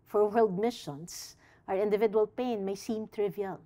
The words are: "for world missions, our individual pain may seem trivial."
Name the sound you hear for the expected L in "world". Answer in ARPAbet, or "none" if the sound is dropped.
L